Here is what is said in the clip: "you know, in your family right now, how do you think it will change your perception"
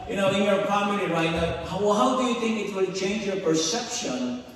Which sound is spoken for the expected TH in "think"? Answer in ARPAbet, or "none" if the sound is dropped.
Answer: TH